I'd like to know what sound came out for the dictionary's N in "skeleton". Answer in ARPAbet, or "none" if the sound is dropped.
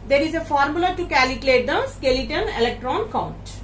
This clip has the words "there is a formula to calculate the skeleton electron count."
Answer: N